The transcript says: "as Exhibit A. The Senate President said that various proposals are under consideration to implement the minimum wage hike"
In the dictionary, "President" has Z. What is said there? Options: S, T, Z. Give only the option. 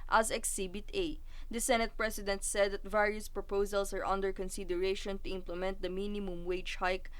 S